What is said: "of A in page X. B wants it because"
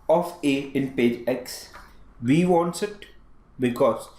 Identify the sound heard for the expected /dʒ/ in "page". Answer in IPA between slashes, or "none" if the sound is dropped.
/dʒ/